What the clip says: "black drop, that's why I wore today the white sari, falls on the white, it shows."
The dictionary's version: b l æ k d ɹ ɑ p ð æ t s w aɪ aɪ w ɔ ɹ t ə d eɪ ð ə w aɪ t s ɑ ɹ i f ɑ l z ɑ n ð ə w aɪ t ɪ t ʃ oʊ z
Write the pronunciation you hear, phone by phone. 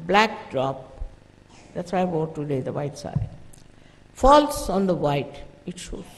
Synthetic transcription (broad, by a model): b l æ k d ɹ ɑ p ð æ t s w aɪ aɪ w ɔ t ə d eɪ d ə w aɪ t s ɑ i f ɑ l s ɑ n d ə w aɪ t ɪ t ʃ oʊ